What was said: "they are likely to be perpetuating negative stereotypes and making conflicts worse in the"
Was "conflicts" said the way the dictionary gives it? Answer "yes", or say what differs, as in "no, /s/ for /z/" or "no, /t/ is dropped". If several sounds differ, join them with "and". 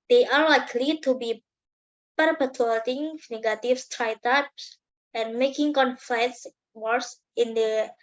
no, /l/ is dropped